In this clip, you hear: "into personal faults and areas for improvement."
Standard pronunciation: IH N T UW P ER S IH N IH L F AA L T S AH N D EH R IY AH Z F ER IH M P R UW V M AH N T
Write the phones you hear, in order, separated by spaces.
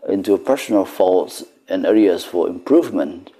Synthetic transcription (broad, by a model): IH N T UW P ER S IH N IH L F AA L T S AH N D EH R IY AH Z F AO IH M P R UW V M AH N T